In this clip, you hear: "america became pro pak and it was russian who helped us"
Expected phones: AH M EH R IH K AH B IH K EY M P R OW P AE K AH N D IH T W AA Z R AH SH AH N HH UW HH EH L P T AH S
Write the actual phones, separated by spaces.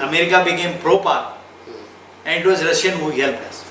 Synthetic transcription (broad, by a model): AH M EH R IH K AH B IH K EY M P R OW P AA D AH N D IH T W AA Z R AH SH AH N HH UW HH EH L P AH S